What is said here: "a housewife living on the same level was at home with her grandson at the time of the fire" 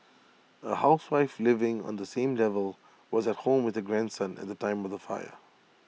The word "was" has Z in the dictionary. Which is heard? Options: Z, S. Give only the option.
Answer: Z